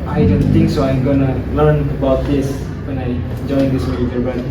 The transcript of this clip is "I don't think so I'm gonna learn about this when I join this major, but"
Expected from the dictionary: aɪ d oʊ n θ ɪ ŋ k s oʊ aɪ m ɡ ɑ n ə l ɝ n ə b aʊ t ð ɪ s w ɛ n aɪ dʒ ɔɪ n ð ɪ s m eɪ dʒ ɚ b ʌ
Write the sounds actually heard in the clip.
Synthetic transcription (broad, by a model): aɪ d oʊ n t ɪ ŋ k s oʊ aɪ m ɡ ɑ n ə l ɝ n ə b aʊ t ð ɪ s w ɛ n aɪ dʒ ɔɪ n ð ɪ s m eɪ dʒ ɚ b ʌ